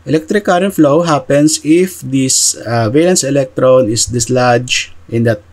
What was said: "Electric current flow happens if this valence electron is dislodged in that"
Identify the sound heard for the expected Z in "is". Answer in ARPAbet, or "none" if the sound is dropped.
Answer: S